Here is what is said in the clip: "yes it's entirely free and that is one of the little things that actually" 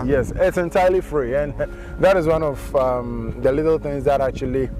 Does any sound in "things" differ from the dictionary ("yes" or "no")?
no